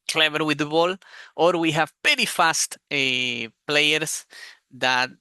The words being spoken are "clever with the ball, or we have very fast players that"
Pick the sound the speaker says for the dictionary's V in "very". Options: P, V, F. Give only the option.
P